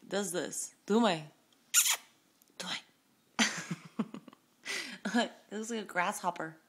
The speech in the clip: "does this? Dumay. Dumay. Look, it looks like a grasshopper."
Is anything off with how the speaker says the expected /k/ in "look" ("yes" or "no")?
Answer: yes